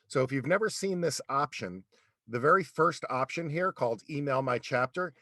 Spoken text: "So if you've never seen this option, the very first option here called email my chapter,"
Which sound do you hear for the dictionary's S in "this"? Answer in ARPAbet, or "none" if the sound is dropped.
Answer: S